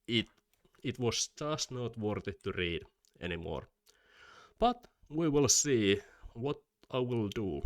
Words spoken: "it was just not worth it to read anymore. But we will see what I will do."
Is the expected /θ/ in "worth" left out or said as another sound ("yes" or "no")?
yes